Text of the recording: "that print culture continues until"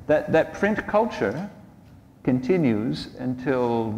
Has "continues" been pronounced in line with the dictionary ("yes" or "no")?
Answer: yes